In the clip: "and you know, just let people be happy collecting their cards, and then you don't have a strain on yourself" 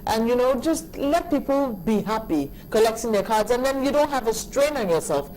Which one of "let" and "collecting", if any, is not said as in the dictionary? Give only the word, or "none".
collecting